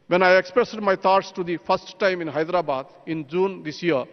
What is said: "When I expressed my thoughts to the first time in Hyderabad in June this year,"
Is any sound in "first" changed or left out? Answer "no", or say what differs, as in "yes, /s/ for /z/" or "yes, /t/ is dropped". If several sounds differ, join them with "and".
yes, /p/ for /f/